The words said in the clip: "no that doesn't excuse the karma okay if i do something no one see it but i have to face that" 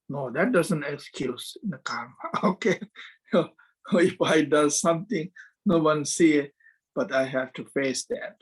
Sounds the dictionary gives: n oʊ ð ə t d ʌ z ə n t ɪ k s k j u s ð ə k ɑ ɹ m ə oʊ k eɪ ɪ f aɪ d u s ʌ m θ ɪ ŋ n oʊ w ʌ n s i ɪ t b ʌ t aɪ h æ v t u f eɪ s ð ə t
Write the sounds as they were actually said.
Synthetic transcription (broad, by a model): n oʊ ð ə t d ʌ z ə n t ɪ k s k j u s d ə k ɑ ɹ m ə oʊ k eɪ ɪ f aɪ d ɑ s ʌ m t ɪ ŋ n oʊ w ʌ n s i ɪ t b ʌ t aɪ h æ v t u f eɪ s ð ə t